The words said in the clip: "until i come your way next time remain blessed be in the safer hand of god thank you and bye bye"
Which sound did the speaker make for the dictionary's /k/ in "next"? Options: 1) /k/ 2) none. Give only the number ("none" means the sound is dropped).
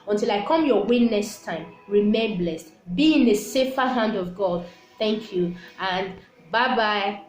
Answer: 2